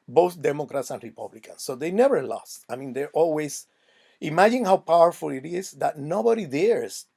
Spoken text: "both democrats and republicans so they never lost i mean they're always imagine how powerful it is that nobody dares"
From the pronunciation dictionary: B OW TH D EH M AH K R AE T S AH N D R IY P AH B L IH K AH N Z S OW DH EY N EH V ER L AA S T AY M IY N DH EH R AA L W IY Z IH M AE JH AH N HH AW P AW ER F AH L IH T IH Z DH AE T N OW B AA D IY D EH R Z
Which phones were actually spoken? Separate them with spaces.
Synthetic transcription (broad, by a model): B OW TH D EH M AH K R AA T S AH N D R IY P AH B L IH K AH N S OW DH EY N EH V ER L AA S T AY M IY N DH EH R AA L W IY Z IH M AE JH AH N HH AW P AW ER F AH L IH T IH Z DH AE T N OW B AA D IY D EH R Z